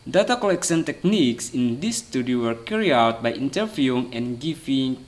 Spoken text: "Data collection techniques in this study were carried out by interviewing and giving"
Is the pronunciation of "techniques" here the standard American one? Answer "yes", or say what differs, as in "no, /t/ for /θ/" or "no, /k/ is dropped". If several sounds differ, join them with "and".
yes